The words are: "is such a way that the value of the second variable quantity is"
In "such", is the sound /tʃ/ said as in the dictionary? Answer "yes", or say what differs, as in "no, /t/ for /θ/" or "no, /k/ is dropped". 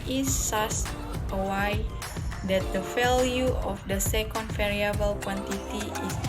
no, /s/ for /tʃ/